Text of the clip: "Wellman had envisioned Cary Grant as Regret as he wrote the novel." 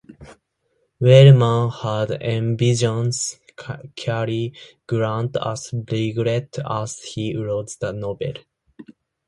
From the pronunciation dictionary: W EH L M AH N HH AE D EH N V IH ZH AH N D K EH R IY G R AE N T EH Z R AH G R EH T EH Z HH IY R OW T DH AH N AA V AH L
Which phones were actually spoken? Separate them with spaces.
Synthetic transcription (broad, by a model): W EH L M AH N HH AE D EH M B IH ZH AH N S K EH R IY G R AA N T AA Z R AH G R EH T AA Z HH IY R OW T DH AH N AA B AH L